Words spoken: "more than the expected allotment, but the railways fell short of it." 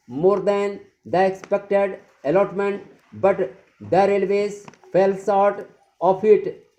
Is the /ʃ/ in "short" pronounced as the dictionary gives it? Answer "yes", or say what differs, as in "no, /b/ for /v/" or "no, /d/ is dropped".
no, /s/ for /ʃ/